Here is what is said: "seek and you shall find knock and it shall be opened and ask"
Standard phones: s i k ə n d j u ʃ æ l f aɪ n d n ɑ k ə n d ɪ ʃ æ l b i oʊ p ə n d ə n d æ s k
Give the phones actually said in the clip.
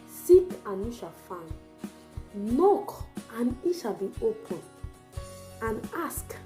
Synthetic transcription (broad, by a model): s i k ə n j u ʃ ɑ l f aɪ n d n ɑ k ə n ɪ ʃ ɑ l b i oʊ p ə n ə n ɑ s k